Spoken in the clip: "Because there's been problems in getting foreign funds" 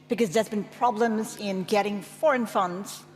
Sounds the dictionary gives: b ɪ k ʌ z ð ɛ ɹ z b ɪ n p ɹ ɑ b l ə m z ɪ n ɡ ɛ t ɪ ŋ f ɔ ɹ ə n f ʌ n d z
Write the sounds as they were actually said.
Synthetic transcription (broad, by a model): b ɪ k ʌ z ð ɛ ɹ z b ɪ n p ɹ ɑ b l ə m z ɪ n ɡ ɛ t ɪ ŋ f ɔ ɹ ə n f ʌ n d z